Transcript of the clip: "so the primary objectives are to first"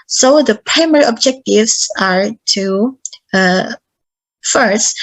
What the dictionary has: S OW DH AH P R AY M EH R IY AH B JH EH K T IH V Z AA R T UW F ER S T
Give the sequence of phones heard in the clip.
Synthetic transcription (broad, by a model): S OW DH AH P R AY M EH R IY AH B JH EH K T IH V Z AA R T UW F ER S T